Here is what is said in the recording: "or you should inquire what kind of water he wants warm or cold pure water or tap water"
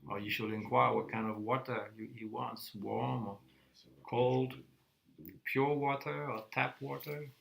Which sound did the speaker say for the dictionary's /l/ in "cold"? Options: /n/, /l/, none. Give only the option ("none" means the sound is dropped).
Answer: /l/